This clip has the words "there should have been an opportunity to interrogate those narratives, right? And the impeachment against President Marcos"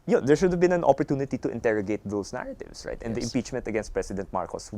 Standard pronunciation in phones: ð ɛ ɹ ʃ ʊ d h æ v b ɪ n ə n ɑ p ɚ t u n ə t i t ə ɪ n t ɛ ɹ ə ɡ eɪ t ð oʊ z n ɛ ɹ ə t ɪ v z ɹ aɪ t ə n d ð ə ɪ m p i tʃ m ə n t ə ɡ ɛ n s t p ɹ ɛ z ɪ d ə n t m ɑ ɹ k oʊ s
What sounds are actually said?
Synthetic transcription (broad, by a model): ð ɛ ɹ ʃ ʊ d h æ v b ɪ n ə n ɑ p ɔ t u n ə t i t ə ɪ n t ɛ ɹ ə ɡ eɪ t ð oʊ s n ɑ ɹ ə t ɪ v s ɹ aɪ t ə n d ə ɪ m p i tʃ m ə n t ə ɡ ɛ n s t p ɹ ɛ s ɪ d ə n t m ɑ ɹ k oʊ s